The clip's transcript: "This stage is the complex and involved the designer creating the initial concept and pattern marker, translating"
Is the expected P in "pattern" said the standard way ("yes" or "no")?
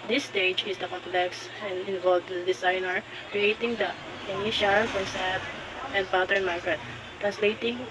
no